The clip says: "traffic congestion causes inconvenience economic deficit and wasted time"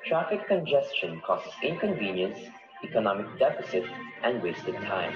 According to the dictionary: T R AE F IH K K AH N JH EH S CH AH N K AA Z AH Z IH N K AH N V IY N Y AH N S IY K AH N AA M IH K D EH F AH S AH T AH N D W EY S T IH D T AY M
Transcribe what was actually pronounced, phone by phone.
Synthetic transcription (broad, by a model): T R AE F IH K K AH N JH EH S CH AH N K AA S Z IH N K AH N V IY N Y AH N S IY K AH N AA M IH K D EH F AH S AH T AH N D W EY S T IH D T AY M